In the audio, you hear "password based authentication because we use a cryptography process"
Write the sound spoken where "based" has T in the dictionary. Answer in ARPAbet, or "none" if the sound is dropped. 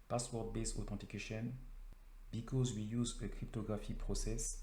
none